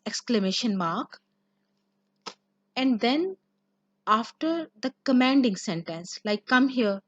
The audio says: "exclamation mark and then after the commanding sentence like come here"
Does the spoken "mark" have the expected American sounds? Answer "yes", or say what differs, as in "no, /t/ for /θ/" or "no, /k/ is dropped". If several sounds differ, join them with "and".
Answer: yes